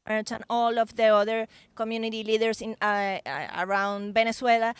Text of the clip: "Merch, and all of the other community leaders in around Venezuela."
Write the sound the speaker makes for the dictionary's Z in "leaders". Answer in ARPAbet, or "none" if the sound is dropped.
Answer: S